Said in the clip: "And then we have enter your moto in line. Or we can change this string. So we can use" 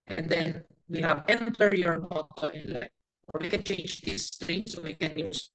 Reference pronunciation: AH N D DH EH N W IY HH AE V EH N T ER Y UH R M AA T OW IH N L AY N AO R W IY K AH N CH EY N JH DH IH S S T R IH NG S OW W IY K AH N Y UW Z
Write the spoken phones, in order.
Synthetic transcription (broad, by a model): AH N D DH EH N W IY HH AE V EH N T ER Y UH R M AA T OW IH N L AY AO R W IY K AH N CH EY N JH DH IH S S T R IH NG S OW W IY K AH N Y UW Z